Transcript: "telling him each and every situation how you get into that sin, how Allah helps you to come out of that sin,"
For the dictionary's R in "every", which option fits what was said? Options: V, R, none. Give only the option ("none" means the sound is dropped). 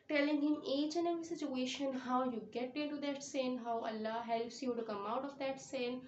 none